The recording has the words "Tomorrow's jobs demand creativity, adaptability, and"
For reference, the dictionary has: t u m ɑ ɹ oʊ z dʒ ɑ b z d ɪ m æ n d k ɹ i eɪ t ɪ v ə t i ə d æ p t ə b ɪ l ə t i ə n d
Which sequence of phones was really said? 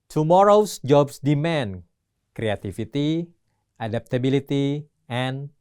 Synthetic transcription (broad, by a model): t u m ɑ ɹ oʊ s dʒ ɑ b s d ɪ m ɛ n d k ɹ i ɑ t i f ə t i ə d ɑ p t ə b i l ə t i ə n